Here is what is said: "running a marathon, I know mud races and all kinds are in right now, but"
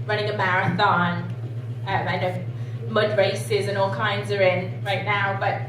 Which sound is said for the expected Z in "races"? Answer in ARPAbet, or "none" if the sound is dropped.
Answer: Z